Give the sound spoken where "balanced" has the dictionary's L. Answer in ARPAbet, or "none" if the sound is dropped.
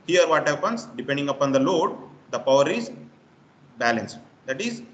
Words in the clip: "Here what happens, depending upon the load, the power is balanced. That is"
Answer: L